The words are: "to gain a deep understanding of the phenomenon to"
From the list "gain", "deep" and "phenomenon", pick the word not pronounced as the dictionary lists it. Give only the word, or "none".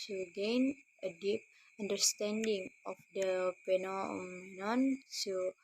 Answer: phenomenon